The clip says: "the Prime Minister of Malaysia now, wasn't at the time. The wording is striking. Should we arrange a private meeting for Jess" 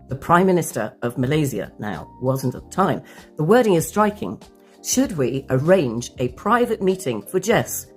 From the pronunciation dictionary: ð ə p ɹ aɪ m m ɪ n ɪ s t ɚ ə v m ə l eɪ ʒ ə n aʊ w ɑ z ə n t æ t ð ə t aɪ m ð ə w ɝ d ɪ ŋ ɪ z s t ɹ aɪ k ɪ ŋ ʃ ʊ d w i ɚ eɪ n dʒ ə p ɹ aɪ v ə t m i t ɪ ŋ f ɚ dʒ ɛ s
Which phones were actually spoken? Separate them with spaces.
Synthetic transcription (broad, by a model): ð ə p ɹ aɪ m m ɪ n ɪ s t ɚ ə v m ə l eɪ z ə n aʊ w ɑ z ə n t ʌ t ð ə t aɪ m ð ə w ɝ d ɪ ŋ ɪ z s t ɹ aɪ k ɪ ŋ ʃ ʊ d w i ɚ eɪ n dʒ ə p ɹ aɪ v ə t m i t ɪ ŋ f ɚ dʒ ɛ s